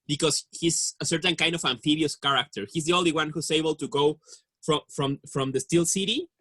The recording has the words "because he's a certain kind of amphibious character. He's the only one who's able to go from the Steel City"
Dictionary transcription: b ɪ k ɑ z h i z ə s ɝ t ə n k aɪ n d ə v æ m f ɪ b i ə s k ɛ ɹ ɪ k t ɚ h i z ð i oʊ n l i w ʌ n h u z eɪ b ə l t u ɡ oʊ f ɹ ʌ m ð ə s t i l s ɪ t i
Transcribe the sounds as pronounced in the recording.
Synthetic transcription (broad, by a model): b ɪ k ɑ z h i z ə s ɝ t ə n k aɪ n d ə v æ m f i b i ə s k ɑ ɹ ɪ k t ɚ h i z ð i oʊ n l i w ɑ n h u s eɪ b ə l t u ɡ oʊ f ɹ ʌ m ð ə s t i l s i t i